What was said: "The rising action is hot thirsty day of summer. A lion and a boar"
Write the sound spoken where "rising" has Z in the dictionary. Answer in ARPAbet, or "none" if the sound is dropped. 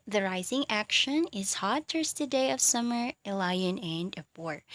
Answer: Z